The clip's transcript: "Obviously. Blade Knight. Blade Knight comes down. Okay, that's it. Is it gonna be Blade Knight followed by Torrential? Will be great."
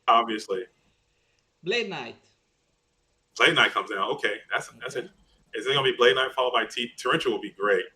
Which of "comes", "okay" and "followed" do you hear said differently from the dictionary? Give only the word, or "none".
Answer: none